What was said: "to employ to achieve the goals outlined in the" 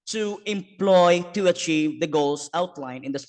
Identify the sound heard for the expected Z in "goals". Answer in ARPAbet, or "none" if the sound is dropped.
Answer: S